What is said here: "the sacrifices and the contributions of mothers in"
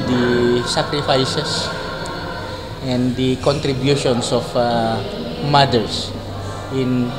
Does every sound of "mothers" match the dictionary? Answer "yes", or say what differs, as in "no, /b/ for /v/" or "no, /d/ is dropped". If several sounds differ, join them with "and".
no, /s/ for /z/